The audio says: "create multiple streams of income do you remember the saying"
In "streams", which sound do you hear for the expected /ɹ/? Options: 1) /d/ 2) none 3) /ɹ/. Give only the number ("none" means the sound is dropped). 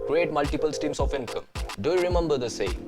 2